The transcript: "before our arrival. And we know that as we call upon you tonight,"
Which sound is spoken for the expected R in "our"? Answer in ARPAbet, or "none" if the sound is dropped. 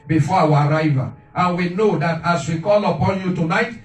R